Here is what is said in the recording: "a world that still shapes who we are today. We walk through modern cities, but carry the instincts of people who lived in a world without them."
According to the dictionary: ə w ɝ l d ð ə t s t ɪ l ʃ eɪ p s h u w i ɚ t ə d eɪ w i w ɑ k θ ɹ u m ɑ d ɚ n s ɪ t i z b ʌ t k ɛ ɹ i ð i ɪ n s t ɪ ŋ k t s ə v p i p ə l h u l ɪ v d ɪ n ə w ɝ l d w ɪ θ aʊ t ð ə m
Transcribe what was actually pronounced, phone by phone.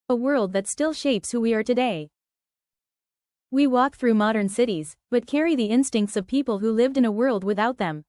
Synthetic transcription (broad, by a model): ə w ɝ l d ð ə t s t ɪ l ʃ eɪ p s h u w i ɚ t ə d eɪ w i w ɑ k θ ɹ u m ɑ d ɚ n s ɪ t i z b ʌ t k ɛ ɹ i ð i ɪ n s t ɪ ŋ k t s ə v p i p l h u l ɪ v d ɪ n ə w ɝ l d w ɪ θ aʊ t ð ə m